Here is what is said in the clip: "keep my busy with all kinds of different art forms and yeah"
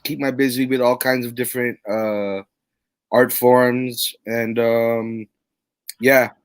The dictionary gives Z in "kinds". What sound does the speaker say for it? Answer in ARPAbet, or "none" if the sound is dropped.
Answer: Z